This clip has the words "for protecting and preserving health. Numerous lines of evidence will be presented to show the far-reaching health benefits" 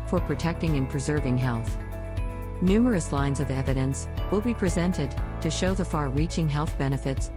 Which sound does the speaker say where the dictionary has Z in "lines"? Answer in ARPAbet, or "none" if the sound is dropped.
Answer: Z